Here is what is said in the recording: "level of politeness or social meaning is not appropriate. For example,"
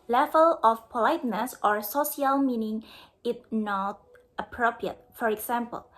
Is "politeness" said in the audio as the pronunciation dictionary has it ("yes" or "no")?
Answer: yes